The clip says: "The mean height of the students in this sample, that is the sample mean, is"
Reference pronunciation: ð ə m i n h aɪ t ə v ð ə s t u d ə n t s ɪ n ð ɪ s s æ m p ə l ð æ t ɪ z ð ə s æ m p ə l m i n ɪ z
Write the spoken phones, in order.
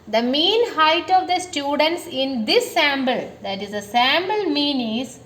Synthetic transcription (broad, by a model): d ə m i n h aɪ t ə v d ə s t u d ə n t s ɪ n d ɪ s s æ m b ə l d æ t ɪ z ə s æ m b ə l m i n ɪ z